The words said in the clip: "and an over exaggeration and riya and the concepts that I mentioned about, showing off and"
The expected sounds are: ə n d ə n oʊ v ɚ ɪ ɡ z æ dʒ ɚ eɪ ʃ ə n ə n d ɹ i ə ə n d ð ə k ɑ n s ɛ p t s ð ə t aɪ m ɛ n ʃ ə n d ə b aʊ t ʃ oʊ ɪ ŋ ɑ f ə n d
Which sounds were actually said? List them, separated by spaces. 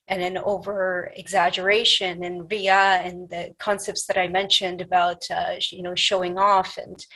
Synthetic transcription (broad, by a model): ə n ə n oʊ v ɚ ɪ ɡ z æ dʒ ɚ eɪ ʃ ə n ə n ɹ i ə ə n ð ə k ɑ n s ɛ p t s ð ə t aɪ m ɛ n ʃ ə n d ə b aʊ t ʃ oʊ ɪ ŋ ɑ f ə n